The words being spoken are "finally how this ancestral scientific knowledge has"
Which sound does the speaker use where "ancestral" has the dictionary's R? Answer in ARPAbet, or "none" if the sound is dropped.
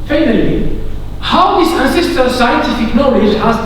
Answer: none